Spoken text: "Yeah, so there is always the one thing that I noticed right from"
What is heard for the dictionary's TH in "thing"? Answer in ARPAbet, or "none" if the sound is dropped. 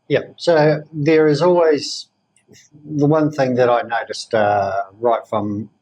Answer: TH